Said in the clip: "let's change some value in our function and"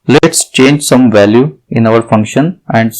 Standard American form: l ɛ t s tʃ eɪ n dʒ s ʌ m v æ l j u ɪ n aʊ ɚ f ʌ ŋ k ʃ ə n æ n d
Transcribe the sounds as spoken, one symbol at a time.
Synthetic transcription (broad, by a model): l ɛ t s tʃ eɪ n dʒ s ʌ m v æ l j u ɪ n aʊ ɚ f ʌ ŋ k ʃ ə n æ n d